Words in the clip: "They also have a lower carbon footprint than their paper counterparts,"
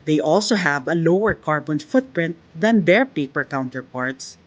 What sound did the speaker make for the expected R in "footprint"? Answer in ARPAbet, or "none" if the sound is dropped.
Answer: R